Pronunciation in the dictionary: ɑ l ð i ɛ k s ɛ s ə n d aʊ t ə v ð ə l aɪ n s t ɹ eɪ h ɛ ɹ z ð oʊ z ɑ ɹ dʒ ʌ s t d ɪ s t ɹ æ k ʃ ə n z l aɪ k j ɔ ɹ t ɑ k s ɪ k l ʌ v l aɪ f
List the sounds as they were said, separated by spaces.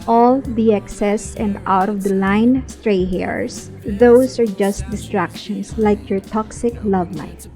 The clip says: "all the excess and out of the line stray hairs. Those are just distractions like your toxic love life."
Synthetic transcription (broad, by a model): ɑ l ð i ɛ k s ɛ s ə n d aʊ t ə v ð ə l aɪ n s t ɹ eɪ h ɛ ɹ s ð oʊ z ɑ ɹ dʒ ʌ s t d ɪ s t ɹ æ k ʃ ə n s l aɪ k j ɔ ɹ t ɑ k s ɪ k l ʌ v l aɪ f